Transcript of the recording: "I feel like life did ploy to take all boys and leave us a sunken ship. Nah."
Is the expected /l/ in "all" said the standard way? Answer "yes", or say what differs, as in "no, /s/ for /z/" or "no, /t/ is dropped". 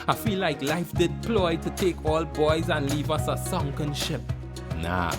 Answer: yes